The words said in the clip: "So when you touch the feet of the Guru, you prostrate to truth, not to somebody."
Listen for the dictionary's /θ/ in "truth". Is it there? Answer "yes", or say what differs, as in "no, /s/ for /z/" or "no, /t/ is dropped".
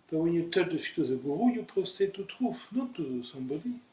no, /f/ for /θ/